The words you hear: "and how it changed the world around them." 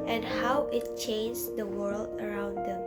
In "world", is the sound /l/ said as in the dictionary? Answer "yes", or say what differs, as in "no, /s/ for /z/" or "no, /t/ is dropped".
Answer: yes